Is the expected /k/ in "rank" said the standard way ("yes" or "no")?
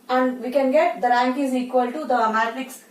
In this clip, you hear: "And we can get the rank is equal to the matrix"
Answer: yes